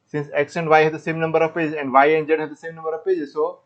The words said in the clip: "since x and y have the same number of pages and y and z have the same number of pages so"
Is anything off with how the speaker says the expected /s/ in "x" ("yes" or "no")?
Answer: yes